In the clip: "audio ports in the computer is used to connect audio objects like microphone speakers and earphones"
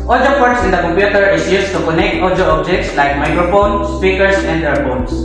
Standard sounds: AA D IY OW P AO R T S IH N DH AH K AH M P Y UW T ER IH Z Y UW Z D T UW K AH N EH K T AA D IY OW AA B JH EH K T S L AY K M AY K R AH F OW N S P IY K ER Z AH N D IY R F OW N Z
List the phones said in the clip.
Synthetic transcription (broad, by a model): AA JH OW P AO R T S IH N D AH K AH M P Y UW T ER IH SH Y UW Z T UW K AH N EH K T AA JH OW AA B JH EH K T S L AY K M AY K R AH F OW N S P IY K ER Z AH N D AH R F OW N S